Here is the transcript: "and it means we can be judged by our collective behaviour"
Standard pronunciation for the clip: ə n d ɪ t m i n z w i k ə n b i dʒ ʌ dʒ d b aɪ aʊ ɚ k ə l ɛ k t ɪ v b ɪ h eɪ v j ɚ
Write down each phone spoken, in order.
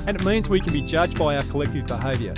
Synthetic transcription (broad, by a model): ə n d ɪ t m i n z w i k n b i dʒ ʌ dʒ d b aɪ aʊ ɚ k ə l ɛ k t ɪ v b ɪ h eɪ v j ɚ